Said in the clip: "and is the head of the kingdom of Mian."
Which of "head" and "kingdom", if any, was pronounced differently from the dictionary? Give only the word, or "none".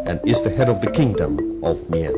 none